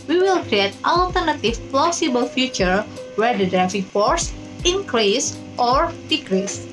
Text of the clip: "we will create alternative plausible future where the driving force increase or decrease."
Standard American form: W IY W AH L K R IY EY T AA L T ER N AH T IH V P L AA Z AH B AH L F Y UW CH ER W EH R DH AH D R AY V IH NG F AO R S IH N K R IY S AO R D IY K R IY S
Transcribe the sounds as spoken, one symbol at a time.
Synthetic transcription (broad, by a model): W IY W AH L K R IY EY T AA L T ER N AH T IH F P L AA S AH B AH L F Y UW CH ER W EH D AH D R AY F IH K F AO R S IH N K R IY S AO R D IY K R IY S